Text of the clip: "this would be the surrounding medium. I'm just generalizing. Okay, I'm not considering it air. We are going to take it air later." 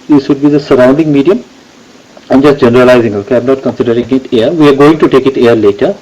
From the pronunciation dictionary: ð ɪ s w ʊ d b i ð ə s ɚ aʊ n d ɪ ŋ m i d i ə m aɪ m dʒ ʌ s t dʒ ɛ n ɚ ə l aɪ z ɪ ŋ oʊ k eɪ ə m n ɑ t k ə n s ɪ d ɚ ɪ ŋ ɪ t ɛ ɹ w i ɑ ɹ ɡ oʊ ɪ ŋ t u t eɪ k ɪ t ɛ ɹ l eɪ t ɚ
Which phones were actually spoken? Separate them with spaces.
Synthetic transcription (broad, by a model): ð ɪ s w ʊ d b i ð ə s ɚ aʊ n d ɪ ŋ m i d i ə m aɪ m dʒ ʌ s t dʒ ɛ n ɚ ə l aɪ z ɪ ŋ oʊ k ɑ ə m n ɑ t k ə n s ɪ d ɚ ɪ ŋ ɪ t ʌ ɹ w i ɑ ɹ ɡ oʊ ɪ ŋ t u t eɪ k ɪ t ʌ ɹ l eɪ t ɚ